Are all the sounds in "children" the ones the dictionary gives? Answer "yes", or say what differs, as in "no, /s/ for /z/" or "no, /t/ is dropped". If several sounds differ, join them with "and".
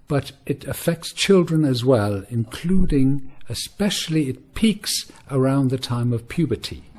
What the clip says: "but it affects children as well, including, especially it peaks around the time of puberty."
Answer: yes